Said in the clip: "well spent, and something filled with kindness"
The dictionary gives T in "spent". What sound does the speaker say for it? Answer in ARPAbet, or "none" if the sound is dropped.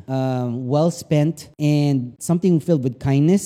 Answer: T